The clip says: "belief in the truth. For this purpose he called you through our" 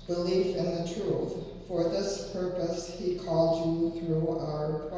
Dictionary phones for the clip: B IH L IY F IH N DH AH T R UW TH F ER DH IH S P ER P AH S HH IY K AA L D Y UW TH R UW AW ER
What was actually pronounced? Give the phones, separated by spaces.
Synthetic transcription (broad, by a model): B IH L IY F IH N DH AH T R UW TH F ER DH IH S P ER P AH S HH IY K AA L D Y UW TH R UW AW ER